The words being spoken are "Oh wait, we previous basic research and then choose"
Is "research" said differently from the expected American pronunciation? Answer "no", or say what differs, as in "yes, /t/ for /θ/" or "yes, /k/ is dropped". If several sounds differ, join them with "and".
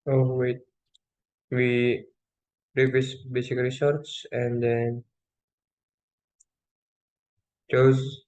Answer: yes, /s/ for /tʃ/